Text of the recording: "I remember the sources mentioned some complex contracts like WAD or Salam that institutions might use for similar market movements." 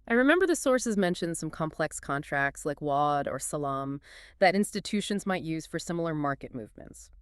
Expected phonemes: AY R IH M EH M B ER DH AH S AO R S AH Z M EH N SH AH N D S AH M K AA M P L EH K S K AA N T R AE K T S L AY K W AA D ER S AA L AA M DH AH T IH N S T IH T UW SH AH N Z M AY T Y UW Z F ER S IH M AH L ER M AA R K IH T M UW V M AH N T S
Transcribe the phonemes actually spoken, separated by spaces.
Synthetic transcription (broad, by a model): AY R IH M EH M B ER DH AH S AO R S AH Z M EH N SH AH N D S AH M K AA M P L EH K S K AA N T R AE K T S L AY K W AA D ER S AA L AA M DH AH T IH N S T IH T UW SH AH N Z M AY T Y UW Z F ER S IH M L ER M AA R K IH T M UW V M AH N T S